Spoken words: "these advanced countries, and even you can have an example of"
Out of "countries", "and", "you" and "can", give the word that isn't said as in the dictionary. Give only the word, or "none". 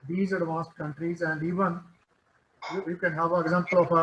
none